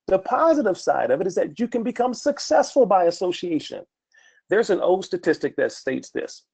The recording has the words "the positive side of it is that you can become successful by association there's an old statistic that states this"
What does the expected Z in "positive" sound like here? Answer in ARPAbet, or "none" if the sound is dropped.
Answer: Z